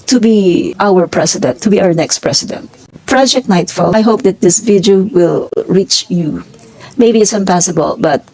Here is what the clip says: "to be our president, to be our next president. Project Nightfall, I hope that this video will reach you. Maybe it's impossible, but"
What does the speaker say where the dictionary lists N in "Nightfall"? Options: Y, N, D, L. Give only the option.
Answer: N